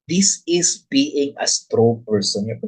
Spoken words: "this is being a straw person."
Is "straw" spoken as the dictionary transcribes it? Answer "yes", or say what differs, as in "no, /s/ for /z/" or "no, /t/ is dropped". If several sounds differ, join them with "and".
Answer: yes